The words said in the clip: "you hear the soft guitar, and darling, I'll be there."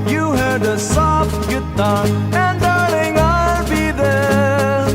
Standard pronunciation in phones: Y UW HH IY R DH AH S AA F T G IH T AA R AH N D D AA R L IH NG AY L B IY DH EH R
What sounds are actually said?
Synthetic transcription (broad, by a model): Y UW HH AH R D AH S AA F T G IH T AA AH N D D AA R N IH NG AY L B IY DH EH R